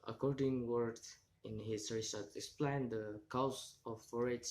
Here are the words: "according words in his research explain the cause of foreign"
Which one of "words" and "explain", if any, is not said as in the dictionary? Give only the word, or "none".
words